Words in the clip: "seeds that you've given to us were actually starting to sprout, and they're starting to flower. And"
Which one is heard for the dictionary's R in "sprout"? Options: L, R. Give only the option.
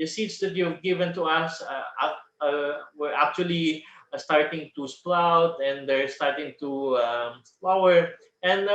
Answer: L